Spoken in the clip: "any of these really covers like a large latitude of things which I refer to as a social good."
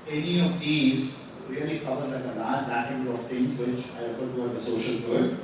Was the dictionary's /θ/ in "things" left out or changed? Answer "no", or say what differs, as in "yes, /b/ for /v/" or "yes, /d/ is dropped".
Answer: yes, /t/ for /θ/